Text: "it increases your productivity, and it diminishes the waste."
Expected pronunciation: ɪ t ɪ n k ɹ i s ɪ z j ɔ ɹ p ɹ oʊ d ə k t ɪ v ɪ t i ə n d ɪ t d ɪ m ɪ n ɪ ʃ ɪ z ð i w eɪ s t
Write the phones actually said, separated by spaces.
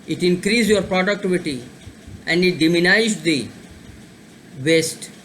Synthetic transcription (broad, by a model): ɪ t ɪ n k ɹ i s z j ɔ ɹ p ɹ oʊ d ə k t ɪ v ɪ t i ə n d ɪ t d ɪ m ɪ n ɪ ɪ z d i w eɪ s t